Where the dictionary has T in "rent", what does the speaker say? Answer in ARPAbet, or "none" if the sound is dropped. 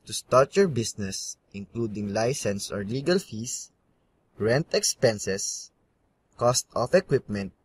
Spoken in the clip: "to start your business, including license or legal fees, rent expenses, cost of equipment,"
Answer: T